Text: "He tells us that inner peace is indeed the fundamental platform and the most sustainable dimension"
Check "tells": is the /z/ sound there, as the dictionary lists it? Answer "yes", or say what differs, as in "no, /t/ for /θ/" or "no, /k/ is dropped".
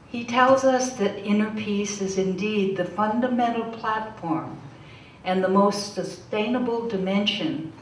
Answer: yes